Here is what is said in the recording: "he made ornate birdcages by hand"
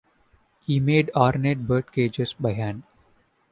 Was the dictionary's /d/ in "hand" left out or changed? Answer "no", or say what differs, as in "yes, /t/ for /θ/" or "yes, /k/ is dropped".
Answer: yes, /d/ is dropped